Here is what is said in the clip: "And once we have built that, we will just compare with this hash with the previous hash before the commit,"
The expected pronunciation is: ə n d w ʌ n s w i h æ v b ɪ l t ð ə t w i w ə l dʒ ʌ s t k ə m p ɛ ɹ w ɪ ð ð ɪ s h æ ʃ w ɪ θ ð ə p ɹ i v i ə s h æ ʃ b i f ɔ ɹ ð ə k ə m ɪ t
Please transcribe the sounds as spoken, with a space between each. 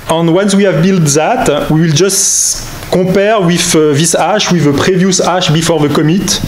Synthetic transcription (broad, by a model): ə n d w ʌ n s w i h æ v b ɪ l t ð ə t w i w ə l dʒ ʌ s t k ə p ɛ ɹ w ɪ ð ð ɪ s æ ʃ w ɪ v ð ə p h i v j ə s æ ʃ b i f ɔ ɹ ð ə k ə m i t